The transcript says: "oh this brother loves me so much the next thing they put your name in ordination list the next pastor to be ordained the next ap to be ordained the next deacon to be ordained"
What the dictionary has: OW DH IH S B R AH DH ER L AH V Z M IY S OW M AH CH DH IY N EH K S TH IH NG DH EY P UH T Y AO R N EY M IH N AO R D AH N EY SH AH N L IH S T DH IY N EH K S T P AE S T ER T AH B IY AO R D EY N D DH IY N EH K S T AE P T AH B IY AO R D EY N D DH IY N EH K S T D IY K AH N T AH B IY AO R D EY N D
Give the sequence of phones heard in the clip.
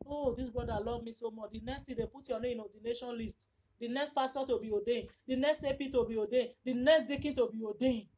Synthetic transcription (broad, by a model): OW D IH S B R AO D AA L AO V M IY S OW M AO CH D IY N EH K S T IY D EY P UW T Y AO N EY IH N AO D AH N EY SH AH N L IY S T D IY N EH K S T F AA S T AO T AH B IY AO D EY N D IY N EH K S T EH P T AH B IY AO D EY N D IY N EH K S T D IY K AH N T AH B IY AO D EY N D